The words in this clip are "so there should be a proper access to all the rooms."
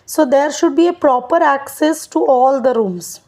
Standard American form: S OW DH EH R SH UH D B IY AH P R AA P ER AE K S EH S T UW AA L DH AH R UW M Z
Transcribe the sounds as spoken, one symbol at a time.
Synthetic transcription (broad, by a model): S OW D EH R SH UH D B IY AH P R AA P ER AE K S EH S T UW AA L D AH R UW M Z